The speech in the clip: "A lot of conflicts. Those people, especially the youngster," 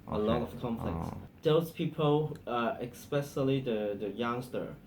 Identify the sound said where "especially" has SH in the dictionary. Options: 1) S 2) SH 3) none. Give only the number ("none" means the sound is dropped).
1